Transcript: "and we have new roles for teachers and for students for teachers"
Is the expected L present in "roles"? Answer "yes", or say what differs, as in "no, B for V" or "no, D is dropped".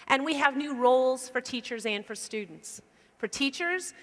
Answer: yes